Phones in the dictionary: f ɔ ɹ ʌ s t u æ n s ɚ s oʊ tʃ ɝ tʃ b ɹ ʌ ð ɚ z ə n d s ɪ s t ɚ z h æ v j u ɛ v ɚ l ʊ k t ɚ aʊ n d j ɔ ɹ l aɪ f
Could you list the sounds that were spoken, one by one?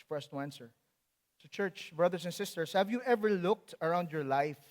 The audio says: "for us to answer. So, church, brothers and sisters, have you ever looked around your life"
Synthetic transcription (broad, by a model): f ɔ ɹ ʌ s t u æ n s ɚ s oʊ tʃ ɝ tʃ b ɹ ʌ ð ɚ s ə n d s ɪ s t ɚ s h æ v j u ɛ v ɚ l ʊ k t ɚ aʊ n d j ɔ ɹ l aɪ f